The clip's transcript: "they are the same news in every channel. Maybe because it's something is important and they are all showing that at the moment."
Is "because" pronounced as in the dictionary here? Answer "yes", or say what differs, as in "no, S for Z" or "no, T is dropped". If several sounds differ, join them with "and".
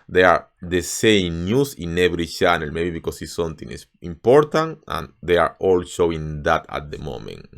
no, S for Z